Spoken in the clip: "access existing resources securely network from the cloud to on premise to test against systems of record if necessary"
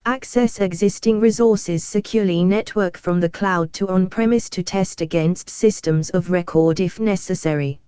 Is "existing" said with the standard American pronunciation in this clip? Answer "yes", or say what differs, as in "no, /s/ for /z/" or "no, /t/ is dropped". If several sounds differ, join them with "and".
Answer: yes